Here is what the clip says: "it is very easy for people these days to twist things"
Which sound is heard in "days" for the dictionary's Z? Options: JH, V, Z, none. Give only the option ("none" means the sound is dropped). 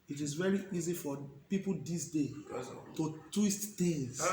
none